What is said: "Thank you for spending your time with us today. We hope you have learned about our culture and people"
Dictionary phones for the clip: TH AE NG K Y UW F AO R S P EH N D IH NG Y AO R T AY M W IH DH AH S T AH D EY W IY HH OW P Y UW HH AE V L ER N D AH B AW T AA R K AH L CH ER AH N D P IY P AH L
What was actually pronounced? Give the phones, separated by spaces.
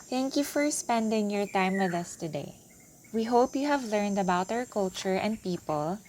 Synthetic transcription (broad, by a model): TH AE NG K Y UW F AO R S P EH N D IH NG Y AO R T AY M W IH DH AH S T AH D EY W IY HH OW P Y UW HH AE V L ER N D AH B AW T AA R K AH L CH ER AH N D P IY P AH L